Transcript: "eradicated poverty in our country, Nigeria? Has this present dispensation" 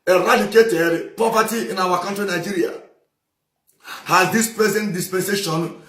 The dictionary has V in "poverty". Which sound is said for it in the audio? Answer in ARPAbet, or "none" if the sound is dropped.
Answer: P